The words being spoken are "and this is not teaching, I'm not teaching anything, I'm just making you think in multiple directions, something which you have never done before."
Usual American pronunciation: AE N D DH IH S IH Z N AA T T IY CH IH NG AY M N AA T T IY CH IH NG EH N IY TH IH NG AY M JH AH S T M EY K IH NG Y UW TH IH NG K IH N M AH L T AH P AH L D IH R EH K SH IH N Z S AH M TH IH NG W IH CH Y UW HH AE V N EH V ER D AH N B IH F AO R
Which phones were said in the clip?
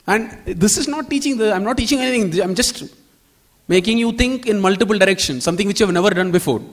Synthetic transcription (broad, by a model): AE N D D IH S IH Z N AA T T IY CH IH NG AY M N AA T T IY CH IH NG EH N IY T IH NG AY M JH AH S T M EY K IH NG Y UW T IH NG K IH N M AH L T AH P AH L D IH R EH K SH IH N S S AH M T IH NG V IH CH Y UW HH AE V N EH V ER D AH N B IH F AO R